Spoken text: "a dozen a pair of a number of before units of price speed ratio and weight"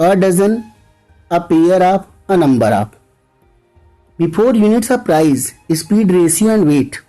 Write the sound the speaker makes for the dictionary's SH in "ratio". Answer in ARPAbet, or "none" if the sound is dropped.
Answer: S